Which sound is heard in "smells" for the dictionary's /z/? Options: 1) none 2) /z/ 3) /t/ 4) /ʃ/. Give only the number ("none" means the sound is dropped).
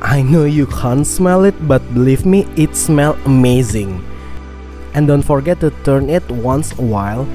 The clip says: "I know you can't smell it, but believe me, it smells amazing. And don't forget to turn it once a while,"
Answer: 1